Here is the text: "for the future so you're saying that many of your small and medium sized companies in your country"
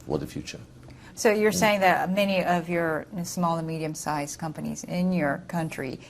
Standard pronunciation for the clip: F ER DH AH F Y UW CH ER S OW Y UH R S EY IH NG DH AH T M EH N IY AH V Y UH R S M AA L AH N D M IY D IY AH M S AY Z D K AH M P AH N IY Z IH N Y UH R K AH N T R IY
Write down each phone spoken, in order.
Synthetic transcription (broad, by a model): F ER DH AH F Y UW CH ER S OW Y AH R S EY IH NG DH AH T M EH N IY AH V Y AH R S M AA L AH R M IY D IY AH M S AY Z K AH M P AH N IY Z IH N Y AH R K AH N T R IY